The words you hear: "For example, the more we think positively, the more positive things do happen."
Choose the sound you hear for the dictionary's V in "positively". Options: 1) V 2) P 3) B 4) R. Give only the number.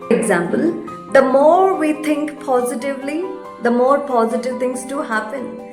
1